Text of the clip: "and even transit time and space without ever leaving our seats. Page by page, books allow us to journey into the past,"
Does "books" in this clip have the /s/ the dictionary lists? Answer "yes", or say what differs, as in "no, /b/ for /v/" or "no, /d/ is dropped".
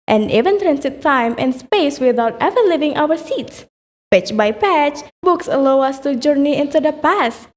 yes